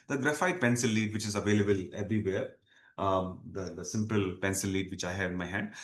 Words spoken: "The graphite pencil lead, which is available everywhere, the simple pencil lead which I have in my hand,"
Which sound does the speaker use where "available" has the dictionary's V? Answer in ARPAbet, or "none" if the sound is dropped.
V